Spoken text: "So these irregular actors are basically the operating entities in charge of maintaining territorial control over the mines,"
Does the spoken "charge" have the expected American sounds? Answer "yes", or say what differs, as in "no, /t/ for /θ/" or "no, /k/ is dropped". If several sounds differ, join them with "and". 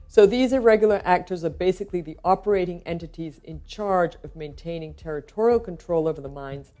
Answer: yes